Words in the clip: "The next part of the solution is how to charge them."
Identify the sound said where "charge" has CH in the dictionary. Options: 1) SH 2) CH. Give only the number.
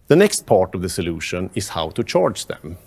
2